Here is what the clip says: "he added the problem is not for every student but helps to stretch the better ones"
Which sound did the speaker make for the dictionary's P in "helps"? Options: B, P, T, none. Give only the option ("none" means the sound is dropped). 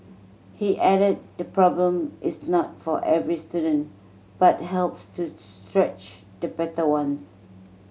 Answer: P